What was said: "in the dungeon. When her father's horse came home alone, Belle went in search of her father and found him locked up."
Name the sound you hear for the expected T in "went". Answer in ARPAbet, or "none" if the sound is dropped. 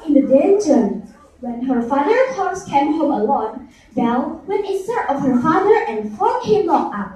none